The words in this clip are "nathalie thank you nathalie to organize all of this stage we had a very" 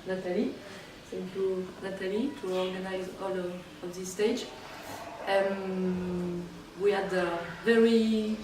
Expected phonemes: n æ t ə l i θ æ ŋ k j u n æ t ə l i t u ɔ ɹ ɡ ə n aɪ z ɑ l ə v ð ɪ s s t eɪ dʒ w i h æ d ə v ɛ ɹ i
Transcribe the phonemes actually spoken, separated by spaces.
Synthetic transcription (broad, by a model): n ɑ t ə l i s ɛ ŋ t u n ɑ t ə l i t u ɔ ɹ ɡ ə n aɪ z ɑ l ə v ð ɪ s s t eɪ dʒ w i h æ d ə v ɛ ɹ i